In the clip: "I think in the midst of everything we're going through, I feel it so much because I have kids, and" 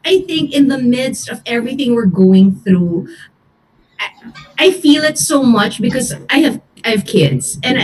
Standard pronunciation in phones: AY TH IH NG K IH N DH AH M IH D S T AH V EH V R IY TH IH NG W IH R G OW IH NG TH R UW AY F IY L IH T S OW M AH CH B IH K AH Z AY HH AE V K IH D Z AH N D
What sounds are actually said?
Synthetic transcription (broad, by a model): AY TH IH NG K IH N DH AH M IH D S T AH V EH V R IY TH IH NG W IH R G OW IH NG TH R UW AY F IY L IH T S OW M AH CH B IH K AH Z AY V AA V K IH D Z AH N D